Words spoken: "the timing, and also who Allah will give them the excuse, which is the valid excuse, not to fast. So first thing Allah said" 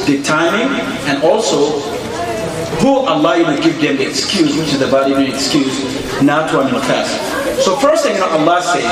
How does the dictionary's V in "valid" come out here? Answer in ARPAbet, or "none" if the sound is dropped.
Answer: B